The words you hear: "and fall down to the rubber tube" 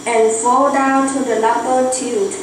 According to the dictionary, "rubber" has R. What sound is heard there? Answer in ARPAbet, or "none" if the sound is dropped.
L